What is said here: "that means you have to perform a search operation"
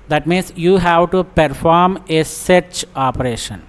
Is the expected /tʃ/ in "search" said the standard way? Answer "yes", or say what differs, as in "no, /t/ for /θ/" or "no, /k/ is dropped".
yes